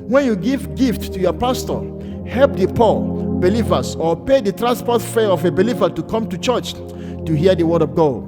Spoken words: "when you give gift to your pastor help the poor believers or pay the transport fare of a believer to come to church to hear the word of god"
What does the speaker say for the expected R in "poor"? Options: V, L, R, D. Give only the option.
L